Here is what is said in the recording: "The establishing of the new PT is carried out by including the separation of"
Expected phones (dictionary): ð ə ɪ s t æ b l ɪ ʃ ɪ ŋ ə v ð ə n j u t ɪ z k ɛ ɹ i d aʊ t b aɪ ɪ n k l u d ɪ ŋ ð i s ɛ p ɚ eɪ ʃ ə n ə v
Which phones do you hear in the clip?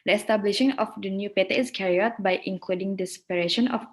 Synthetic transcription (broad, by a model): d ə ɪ s t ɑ b l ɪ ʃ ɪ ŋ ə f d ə n j u t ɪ s k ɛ ɹ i aʊ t b aɪ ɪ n k l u d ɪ ŋ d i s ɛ p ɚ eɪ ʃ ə n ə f